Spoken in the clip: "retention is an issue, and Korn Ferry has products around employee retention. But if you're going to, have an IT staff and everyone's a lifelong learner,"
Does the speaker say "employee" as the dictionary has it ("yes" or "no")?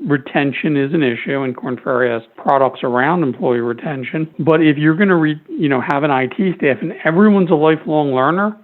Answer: yes